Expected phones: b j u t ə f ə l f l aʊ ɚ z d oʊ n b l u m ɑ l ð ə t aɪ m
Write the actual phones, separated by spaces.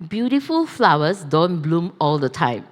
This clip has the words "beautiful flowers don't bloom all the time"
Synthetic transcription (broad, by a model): b j u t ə f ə l f l aʊ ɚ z d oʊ n b l u m ɑ l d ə t aɪ m